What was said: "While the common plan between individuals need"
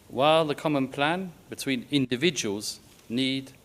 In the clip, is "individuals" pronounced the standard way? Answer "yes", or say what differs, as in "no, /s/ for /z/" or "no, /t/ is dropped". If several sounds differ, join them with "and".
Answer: yes